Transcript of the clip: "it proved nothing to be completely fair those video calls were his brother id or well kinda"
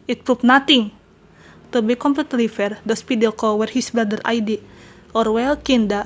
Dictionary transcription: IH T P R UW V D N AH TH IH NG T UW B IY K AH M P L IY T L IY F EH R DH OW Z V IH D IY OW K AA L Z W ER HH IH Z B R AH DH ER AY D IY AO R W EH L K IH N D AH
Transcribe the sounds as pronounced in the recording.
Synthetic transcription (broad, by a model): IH T P R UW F N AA T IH NG T UW B IY K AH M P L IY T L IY F EH R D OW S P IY D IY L K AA W ER HH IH S B R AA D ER AY D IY AO R W EH L K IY N D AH